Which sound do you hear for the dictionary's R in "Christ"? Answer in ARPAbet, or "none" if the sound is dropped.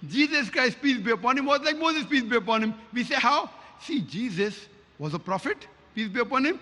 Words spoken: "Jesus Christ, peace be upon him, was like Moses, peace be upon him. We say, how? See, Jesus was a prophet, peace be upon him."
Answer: R